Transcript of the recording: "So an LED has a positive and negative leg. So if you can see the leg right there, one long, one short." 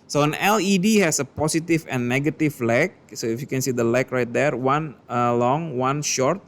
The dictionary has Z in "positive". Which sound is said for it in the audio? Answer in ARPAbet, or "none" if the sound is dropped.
S